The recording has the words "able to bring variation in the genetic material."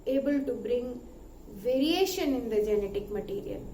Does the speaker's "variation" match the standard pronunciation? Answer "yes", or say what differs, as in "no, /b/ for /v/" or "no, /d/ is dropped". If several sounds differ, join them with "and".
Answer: yes